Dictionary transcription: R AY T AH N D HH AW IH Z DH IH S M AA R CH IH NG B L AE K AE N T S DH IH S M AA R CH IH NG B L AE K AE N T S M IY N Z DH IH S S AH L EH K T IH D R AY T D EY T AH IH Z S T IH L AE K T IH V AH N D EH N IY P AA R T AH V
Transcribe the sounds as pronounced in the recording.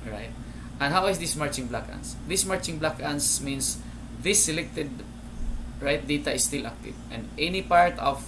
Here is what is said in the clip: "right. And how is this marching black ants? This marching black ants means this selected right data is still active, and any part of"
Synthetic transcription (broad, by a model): R AY T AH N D HH AW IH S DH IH S M AA R CH IH NG B L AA K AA N S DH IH S M AA R CH IH NG B L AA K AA N S M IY N S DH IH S S AH L EH K T IH D R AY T D EY T AH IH S T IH L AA K T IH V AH N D EH N IY P AA R T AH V